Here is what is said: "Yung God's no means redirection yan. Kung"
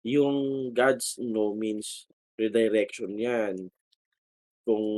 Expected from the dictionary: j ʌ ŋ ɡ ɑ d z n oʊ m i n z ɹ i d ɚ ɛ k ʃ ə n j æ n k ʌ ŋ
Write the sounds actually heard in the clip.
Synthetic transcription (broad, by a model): j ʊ ŋ ɡ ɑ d s n oʊ m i n s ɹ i d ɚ ɛ k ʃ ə n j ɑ n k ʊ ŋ